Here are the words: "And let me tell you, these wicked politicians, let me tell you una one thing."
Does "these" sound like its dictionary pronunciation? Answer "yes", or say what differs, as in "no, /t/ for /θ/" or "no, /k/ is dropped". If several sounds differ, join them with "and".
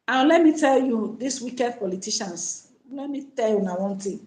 no, /s/ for /z/